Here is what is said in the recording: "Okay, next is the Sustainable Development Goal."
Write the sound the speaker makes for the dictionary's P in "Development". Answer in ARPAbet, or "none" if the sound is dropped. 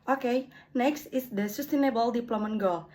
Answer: none